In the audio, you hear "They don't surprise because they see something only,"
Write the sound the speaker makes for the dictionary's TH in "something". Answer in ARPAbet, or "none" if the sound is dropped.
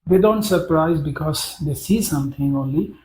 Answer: T